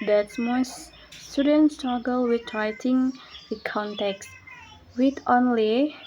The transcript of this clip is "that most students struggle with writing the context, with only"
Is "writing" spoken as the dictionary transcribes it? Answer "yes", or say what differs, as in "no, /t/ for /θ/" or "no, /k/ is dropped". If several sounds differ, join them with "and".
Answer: yes